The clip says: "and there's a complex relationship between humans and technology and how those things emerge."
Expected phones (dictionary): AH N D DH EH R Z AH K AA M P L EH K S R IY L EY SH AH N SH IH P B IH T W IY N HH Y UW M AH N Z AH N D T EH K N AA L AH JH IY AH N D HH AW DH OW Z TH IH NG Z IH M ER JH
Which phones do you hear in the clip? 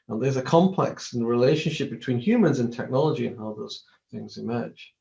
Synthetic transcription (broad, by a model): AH N DH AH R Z AH K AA M P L EH K S R IY L EY SH AH N SH IH P B IH T W IY N HH Y UW M AH N Z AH N T EH K N AA L AH JH IY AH N HH AW DH OW Z TH IH NG Z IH M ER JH